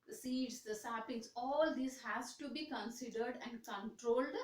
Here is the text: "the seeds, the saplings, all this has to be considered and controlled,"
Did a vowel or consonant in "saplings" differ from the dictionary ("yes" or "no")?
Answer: yes